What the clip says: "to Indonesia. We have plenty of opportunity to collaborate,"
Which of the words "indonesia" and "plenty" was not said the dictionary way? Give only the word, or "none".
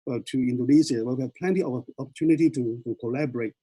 indonesia